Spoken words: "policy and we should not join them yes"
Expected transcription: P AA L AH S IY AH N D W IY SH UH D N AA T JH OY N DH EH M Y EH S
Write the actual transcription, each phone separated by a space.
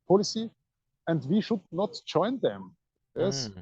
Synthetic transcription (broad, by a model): P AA L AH S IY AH N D W IY SH UH D N AA T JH OY N DH EH M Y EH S